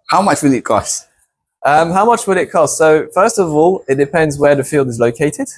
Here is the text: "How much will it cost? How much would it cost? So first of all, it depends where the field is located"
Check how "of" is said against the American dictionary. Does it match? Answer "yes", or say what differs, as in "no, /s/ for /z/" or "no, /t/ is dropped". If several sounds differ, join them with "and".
yes